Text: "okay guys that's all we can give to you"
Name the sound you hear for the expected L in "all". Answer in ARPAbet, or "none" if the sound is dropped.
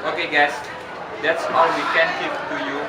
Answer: W